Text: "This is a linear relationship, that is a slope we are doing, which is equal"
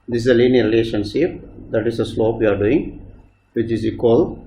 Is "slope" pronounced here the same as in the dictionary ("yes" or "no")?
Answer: yes